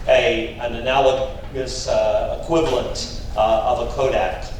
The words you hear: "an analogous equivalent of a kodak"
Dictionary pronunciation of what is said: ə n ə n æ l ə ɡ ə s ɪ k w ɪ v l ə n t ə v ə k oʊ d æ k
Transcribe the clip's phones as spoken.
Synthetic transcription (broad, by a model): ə n ə n æ l ə ɡ ə s ɪ k w ɪ v l ə n t ə v ə k oʊ d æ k